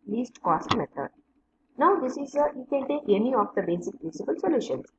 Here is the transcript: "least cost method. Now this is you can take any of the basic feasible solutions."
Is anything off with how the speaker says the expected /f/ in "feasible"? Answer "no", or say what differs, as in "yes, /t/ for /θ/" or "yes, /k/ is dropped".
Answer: yes, /p/ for /f/